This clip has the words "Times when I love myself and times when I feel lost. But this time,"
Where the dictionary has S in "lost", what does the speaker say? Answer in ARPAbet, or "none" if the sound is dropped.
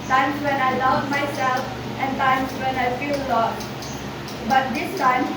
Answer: none